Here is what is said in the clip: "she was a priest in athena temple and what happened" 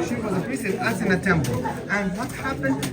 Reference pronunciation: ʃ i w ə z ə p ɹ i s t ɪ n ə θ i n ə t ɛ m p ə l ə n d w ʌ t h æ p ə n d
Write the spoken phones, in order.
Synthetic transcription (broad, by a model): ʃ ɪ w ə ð ə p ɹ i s ɪ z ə s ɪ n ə t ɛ m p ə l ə n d w ʌ t h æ p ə n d